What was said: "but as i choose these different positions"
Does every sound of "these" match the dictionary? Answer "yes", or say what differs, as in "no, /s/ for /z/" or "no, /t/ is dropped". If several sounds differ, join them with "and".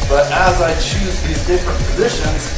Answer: yes